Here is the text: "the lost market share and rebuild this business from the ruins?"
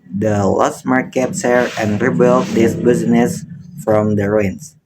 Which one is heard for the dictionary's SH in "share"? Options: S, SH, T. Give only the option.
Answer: S